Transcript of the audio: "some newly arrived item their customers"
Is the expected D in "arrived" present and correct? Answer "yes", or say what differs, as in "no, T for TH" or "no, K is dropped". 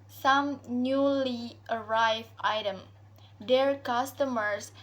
no, D is dropped